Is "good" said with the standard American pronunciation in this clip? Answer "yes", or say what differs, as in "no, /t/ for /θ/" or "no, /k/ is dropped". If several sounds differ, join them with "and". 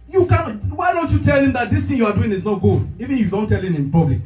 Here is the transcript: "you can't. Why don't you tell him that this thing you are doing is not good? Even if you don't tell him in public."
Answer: no, /d/ is dropped